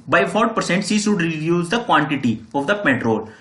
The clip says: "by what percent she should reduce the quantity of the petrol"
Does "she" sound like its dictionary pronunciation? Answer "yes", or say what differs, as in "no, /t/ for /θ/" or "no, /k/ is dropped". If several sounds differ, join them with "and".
no, /s/ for /ʃ/